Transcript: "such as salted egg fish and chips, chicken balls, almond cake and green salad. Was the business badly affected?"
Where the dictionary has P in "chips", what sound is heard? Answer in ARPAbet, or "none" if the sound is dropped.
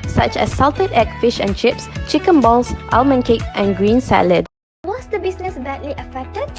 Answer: P